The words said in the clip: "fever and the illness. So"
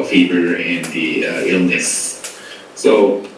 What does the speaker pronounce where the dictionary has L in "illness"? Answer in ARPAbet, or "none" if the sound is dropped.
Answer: L